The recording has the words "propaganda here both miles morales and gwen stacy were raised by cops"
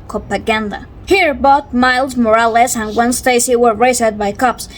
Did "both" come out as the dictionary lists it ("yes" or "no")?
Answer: no